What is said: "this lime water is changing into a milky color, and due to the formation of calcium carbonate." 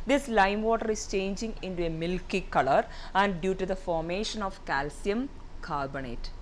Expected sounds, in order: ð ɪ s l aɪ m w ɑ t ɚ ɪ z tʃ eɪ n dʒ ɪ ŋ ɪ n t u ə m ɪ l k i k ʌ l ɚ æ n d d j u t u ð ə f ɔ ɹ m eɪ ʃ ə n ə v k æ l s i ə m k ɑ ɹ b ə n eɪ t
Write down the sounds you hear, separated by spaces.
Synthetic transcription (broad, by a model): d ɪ s l aɪ m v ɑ t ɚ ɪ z tʃ eɪ n dʒ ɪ ŋ ɪ n t u ə m ɪ l k i k ʌ l ɚ æ n d d j u t u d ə f ɔ ɹ m eɪ ʃ ə n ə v k æ l s i ə m k ɑ ɹ b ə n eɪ t